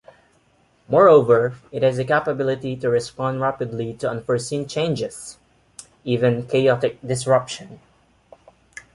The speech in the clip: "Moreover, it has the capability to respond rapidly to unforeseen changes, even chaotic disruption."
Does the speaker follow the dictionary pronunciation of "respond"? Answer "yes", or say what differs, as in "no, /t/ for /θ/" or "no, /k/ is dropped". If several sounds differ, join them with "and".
yes